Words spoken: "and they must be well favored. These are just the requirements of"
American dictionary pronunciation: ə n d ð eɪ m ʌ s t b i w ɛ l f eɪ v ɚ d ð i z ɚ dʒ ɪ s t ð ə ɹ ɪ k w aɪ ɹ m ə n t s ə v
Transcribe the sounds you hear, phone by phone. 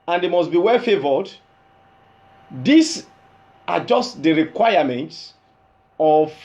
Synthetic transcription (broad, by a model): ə n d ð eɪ m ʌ s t b i w ɛ l f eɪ v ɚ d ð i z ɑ dʒ ɪ s t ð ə ɹ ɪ k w aɪ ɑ m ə n t s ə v